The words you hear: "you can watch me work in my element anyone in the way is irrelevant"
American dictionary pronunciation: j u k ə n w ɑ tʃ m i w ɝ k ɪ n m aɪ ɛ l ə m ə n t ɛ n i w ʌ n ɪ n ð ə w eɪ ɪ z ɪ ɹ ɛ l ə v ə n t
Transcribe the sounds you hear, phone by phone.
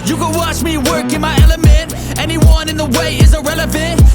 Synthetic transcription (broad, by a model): j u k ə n w ɑ tʃ m i w ɝ k ɪ n m aɪ ɛ l ə m ə n t ɛ n i w ʌ n ɪ n ð ə w eɪ ɪ z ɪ ɹ ɛ l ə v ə n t